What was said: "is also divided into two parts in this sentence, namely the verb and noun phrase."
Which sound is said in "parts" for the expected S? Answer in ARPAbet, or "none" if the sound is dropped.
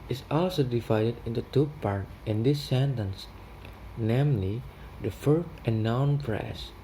none